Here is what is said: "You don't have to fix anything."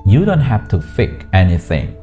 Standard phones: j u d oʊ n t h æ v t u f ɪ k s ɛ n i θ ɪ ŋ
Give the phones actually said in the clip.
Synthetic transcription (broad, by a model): j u d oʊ n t h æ f t u f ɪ k ɛ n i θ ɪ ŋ